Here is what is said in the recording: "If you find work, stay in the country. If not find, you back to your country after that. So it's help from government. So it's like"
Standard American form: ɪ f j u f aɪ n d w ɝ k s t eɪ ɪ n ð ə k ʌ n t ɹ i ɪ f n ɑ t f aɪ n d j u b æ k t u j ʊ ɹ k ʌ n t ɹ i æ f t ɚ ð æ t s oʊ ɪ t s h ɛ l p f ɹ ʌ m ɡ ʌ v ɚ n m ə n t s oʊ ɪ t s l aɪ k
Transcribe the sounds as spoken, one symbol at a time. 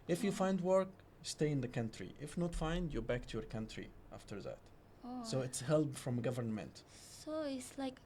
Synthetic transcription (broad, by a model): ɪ f j u f aɪ n d w ɝ k s t eɪ ɪ n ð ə k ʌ n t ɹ i ɪ f n ɑ t f aɪ n d j u b æ k t u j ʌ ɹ k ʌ n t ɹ i æ f t ɚ ð æ t s oʊ ɪ t s h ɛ l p f ɹ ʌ m ɡ ʌ v ɚ n m ə n t s oʊ ɪ t s l aɪ k